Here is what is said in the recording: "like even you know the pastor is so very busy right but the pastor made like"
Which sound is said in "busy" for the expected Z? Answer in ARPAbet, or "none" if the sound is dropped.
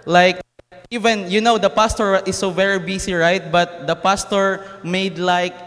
S